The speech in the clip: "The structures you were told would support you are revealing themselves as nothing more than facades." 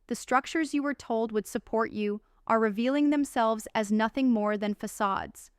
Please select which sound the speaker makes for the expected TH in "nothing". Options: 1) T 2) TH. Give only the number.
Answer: 2